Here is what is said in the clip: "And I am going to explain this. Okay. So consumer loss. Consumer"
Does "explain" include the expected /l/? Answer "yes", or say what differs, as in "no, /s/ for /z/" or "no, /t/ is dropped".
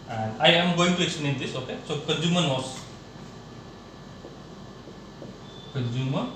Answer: no, /n/ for /l/